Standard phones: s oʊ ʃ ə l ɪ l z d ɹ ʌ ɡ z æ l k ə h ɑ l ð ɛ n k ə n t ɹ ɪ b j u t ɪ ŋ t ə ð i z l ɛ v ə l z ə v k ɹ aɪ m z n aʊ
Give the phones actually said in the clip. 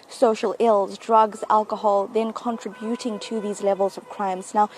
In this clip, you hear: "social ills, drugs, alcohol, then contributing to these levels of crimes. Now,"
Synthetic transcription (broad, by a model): s oʊ ʃ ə l ɪ l z d ɹ ʌ ɡ z æ l k ə h ɑ l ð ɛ n k ə n t ɹ ɪ b j u t ɪ ŋ t ə ð i z l ɛ v ə l z ə v k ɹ aɪ m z n aʊ